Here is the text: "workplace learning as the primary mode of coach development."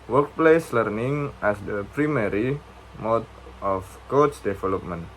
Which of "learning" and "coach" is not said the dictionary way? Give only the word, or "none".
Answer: coach